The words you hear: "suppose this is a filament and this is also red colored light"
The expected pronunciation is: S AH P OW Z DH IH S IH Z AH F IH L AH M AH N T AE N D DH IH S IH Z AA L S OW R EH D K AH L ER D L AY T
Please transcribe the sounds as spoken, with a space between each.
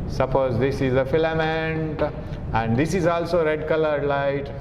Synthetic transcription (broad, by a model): S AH P OW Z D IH S IH Z AH F IH L AH M AH N T AE N D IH S IH Z AA L S OW R EH D K AH L ER D L AY T